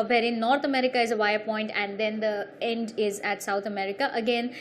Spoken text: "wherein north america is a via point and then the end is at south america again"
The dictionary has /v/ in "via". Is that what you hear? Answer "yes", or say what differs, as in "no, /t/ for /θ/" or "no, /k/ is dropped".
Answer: yes